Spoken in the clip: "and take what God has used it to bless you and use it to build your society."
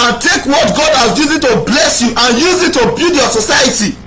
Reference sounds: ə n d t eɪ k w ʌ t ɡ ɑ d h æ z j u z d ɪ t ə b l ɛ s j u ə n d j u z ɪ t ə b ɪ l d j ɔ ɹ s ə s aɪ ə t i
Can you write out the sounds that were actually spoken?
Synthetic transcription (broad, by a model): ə n t eɪ k w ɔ t ɡ ɑ d h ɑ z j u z ɪ t ə b l ɛ s j u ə n j u z ɪ t ə b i l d j ɔ s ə s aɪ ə t i